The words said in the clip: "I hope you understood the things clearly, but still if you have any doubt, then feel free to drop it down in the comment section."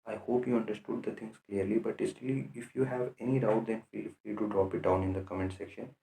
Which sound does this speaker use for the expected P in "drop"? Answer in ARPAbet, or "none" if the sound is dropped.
P